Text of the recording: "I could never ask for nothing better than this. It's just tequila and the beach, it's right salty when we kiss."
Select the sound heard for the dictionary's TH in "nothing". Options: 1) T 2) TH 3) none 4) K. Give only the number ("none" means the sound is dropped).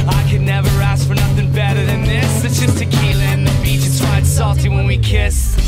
2